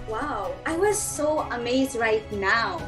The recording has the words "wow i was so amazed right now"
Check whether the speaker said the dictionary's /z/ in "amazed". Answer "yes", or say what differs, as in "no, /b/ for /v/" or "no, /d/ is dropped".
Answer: yes